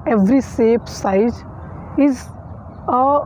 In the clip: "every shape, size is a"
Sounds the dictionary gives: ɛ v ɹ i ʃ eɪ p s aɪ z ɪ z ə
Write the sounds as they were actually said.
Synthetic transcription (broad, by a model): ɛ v ɹ i s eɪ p s aɪ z ɪ z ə